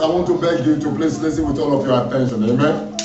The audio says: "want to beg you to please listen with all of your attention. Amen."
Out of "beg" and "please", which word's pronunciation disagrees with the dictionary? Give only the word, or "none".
please